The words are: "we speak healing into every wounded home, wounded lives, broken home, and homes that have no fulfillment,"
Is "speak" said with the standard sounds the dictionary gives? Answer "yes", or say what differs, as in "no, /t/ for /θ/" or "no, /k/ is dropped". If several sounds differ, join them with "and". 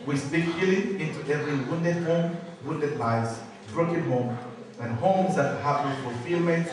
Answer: no, /b/ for /p/